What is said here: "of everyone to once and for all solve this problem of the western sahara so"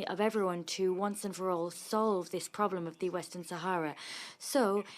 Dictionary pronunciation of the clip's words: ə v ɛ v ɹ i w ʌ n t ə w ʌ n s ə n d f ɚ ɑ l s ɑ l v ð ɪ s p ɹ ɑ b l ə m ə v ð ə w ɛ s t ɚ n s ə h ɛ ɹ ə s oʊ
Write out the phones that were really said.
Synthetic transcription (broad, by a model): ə v ɛ v ɹ i w ʌ n t ə w ʌ n s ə n f ɚ ɑ l s ɑ l v ð ɪ s p ɹ ɑ b l ə m ə v ð ə w ɛ s t ɚ n s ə h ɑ ɹ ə s oʊ